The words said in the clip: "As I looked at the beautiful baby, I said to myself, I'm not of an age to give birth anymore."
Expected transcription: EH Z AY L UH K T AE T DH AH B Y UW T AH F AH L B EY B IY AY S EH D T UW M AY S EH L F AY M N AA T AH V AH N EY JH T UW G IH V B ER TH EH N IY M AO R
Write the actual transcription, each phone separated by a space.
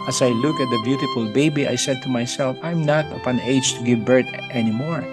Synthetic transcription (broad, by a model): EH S AY L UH K AE T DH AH B Y UW T AH F AH L B EY B IY AY S EH D T UW M AY S EH L F AY M N AA T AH P AH N EY JH T UW G IH V B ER T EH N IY M AO R